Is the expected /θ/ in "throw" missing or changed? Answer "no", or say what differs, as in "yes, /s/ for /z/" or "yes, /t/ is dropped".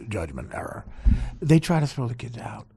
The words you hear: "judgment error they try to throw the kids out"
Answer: yes, /s/ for /θ/